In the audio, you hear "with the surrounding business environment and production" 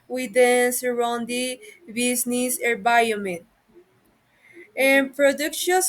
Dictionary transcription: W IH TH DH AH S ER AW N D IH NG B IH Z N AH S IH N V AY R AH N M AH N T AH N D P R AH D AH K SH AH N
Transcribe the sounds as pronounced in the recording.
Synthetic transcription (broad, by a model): W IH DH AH S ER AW N D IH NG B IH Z N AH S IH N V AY AH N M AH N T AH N P R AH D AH K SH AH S